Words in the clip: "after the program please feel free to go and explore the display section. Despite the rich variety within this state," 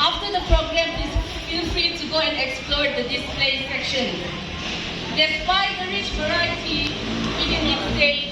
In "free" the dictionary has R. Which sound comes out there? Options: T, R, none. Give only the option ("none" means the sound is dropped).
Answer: none